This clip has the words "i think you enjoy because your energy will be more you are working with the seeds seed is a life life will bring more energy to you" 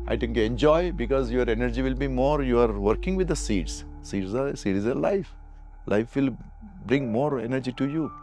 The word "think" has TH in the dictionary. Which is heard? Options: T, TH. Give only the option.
T